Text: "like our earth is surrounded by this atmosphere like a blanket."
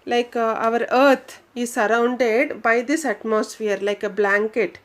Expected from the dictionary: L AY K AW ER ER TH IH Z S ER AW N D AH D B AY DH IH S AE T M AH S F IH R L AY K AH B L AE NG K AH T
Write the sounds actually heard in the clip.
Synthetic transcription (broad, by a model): L AY K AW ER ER T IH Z S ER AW N D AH D B AY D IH S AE T M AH S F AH R L AY K AH B L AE NG K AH T